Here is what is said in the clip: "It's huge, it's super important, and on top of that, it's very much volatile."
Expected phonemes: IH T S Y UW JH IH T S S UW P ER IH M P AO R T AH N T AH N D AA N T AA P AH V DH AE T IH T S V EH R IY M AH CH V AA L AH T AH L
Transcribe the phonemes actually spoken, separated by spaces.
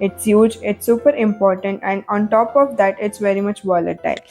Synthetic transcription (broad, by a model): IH T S Y UW JH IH T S S UW P ER IH M P AO R T AH N T AH N D AA N T AA P AH V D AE T IH T S V EH R IY M AH CH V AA L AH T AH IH